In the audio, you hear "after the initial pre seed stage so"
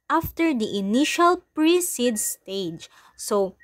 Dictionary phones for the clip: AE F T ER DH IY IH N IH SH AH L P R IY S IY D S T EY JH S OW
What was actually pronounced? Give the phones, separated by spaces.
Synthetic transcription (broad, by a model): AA F T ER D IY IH N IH SH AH L P R IY S IY D S T EY JH S OW